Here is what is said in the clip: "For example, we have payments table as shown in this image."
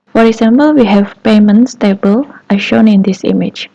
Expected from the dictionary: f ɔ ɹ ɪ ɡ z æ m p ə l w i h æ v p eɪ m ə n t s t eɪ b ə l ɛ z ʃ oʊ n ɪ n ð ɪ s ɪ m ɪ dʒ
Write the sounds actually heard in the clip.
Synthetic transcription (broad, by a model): f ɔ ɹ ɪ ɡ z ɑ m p ə l w i h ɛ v p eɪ m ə n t s t eɪ b ə l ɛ ʃ oʊ n ɪ n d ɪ s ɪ m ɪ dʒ